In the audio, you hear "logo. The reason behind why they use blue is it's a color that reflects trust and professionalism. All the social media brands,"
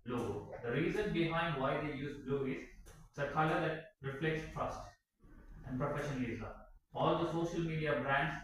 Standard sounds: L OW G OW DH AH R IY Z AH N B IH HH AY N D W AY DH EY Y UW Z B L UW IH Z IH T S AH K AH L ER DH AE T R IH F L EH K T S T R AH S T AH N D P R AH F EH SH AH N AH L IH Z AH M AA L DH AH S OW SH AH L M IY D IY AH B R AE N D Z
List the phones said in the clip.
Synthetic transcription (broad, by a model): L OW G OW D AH R IY Z AH N B IH HH AY N D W AY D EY Y UW Z B L UW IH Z IH T S AH K AH L ER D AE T R IH F L EH K T S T R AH S T AH N D P R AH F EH SH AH N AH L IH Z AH AA L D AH S OW SH AH L M IY D IY AH B R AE N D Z